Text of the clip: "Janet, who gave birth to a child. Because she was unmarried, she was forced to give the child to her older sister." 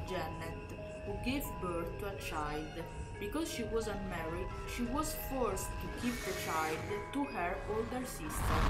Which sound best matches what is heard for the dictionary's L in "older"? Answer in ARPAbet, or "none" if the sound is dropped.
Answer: L